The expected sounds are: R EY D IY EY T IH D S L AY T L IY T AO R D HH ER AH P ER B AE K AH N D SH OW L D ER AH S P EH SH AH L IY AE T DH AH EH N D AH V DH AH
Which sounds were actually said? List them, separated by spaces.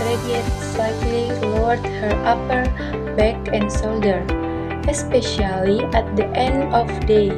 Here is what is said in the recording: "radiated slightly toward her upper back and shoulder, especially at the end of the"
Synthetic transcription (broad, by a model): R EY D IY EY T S AY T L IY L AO R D HH ER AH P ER B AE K AH N D S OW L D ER AH S P EH SH AH L IY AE T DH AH EH N D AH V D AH